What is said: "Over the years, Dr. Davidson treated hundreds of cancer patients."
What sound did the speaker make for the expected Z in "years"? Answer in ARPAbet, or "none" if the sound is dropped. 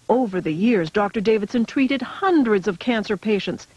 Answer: Z